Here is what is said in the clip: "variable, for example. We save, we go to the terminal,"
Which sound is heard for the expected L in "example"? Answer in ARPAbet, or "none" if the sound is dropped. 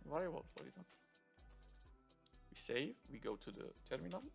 N